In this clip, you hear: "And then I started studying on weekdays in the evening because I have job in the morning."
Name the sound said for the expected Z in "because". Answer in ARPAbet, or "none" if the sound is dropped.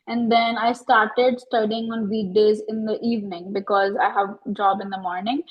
Z